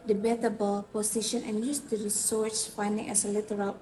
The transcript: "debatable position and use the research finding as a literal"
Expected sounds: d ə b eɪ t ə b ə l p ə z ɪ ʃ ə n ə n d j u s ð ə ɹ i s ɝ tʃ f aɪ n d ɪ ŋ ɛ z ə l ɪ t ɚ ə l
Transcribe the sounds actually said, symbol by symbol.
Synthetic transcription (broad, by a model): d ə b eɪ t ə b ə l p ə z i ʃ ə n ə n j u s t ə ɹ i s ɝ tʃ f aɪ n d ɪ ŋ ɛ s ə l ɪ t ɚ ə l